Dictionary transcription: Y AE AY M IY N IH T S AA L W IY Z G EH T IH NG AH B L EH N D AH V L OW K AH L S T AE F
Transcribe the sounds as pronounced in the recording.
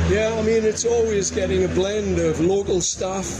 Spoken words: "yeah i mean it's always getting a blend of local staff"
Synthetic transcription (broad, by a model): Y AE AY M IY N IH T S AA L W IY Z G EH T IH NG AH B L EH N D AH V L OW K AH L S T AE F